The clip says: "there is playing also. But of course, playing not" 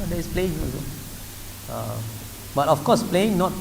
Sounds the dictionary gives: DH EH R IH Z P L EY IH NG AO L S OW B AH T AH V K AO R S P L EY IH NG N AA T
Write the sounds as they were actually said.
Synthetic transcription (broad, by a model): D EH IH S P L EY IH NG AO S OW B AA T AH F K AO S P L EY IH NG N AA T